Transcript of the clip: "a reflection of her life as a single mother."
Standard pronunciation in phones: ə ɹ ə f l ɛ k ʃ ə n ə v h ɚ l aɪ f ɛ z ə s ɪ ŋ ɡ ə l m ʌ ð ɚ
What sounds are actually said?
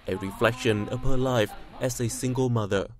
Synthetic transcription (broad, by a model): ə ɹ ə f l ɛ k ʃ ə n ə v h ɚ l aɪ f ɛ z ə s ɪ ŋ ɡ ə l m ʌ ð ɚ